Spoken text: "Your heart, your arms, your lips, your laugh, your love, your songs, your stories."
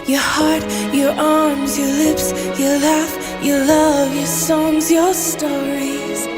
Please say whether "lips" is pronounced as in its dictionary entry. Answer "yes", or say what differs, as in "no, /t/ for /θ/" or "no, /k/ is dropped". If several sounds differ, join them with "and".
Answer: yes